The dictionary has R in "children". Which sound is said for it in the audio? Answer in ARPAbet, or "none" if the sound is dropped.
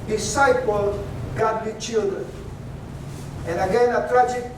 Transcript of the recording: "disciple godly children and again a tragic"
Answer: none